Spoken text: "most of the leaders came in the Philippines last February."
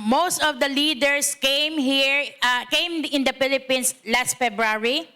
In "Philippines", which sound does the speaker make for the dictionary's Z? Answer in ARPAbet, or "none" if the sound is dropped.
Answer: S